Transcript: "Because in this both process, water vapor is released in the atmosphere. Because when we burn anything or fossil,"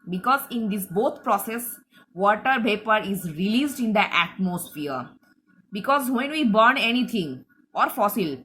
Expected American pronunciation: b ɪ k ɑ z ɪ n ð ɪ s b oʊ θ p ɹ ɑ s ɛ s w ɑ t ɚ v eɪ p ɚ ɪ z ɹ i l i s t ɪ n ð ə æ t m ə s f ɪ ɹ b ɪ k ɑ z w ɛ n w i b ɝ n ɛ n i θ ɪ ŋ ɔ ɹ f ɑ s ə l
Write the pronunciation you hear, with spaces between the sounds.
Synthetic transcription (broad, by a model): b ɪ k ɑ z ɪ n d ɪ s b oʊ t p ɹ ɑ s ɛ s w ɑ t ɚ p eɪ p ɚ ɪ z ɹ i l i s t ɪ n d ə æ t m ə s f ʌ ɹ b ɪ k ɑ z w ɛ n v i b ɝ n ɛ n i t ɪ ŋ ɔ ɹ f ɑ s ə l